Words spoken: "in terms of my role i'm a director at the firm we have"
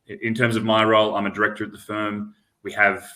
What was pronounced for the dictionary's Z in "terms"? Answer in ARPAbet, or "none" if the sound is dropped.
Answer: Z